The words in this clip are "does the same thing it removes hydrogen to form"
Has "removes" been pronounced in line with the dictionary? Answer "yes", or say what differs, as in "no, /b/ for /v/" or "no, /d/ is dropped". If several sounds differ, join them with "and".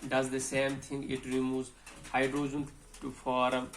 no, /v/ is dropped